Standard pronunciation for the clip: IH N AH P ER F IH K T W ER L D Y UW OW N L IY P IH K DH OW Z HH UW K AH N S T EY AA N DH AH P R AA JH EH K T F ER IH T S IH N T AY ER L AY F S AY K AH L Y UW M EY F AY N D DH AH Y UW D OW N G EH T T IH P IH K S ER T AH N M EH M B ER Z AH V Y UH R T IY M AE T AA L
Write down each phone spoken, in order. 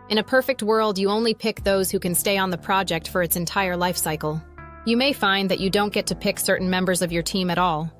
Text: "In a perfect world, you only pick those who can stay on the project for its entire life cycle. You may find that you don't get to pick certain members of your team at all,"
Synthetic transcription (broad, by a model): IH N AH P ER F IH K T W ER L D Y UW OW N L IY P IH K DH OW Z HH UW K AH N S T EY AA N DH AH P R AA JH EH K T F ER IH T S IH N T AY ER L AY F S AY K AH L Y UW M EY F AY N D DH AH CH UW D OW N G EH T T IH P IH K S ER T N M EH M B ER Z AH V Y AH R T IY M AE T AA L